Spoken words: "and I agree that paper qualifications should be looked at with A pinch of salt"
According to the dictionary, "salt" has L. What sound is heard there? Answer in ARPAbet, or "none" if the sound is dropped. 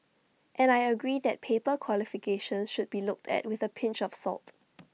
L